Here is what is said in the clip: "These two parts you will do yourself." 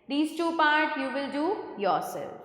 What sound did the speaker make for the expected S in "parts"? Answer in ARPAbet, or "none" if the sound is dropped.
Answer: none